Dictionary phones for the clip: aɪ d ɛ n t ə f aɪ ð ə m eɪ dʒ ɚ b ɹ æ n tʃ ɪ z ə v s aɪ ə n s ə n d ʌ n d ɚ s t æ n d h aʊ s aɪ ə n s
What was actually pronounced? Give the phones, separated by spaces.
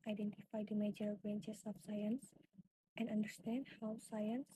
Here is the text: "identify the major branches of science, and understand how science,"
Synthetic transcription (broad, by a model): aɪ d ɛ n t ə f aɪ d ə m eɪ dʒ ɚ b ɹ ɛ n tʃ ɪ s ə f s aɪ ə n s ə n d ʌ n d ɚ s t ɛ n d h aʊ s aɪ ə n s